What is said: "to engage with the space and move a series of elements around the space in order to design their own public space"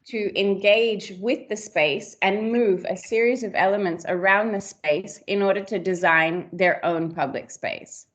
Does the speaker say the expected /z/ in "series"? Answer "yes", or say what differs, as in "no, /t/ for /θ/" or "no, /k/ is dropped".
yes